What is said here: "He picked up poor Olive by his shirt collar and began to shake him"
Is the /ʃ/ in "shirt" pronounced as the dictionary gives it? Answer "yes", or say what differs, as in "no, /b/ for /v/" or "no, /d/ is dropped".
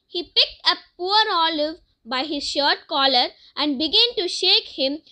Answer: yes